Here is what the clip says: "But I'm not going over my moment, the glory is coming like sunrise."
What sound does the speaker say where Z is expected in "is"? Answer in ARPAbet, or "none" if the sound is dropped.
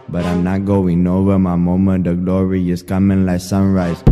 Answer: S